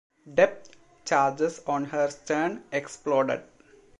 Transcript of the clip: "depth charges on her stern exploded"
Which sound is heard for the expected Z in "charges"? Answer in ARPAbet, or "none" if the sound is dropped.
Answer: S